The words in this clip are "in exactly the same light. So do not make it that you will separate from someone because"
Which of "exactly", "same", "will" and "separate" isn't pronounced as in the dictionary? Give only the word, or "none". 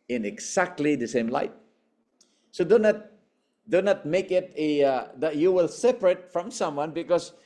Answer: exactly